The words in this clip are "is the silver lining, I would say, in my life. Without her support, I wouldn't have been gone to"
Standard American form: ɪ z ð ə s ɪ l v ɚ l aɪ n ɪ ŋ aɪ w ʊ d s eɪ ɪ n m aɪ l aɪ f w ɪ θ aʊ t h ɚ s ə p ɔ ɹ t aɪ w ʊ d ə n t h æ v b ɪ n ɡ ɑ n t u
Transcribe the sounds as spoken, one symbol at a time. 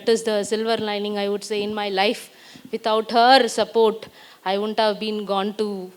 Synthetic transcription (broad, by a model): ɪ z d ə s ɪ l v ɚ l aɪ n ɪ ŋ aɪ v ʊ d s eɪ ɪ n m aɪ l aɪ f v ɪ t aʊ t h ɚ s ə p ɔ ɹ t aɪ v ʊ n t h æ v b ɪ n ɡ ɑ n t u